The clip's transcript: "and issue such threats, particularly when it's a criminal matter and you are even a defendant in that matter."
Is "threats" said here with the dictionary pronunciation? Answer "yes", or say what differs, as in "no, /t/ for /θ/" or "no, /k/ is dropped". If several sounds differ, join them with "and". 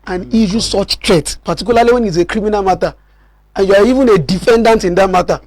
no, /t/ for /θ/ and /s/ is dropped